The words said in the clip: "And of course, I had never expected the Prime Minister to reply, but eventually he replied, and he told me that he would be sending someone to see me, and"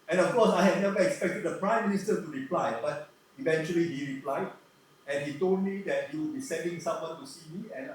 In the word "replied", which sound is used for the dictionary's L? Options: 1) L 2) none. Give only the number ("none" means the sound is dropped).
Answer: 1